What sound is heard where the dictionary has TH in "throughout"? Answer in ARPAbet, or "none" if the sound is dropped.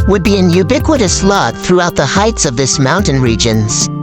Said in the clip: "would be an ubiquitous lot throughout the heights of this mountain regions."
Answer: TH